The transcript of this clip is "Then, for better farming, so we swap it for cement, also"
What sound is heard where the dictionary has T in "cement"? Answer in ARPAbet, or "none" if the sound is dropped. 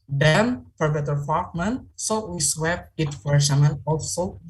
none